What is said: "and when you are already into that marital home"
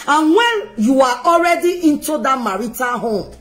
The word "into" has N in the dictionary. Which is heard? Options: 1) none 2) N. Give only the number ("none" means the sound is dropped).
2